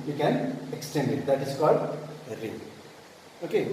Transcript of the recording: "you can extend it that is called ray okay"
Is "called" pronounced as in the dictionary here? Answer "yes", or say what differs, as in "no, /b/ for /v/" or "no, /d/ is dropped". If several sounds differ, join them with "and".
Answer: yes